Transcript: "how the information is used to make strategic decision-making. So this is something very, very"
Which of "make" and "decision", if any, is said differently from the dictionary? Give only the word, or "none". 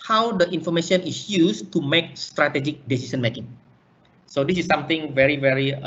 decision